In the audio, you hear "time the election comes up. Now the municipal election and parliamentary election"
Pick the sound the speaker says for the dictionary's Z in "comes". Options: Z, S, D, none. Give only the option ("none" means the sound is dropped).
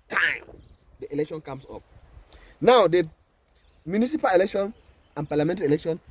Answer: S